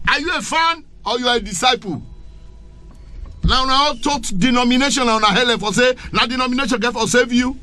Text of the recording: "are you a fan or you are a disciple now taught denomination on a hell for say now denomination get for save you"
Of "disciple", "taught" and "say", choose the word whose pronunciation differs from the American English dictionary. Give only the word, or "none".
disciple